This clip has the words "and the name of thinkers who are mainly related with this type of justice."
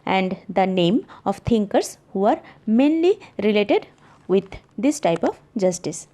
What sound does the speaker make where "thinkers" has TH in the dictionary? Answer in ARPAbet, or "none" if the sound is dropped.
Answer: T